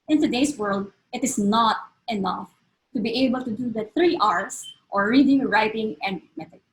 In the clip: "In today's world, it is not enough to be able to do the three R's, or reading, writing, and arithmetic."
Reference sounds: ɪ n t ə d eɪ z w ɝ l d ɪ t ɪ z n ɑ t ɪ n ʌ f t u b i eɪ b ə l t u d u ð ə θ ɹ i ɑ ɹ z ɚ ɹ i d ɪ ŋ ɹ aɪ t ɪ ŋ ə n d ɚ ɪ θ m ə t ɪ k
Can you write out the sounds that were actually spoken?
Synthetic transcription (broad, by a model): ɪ n t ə d eɪ s w ɝ l d ɪ t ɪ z n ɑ t ɪ n ʌ f t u b i eɪ b ə l t u d u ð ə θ ɹ i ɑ ɹ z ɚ ɹ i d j ɹ aɪ t ɪ ŋ ə n d m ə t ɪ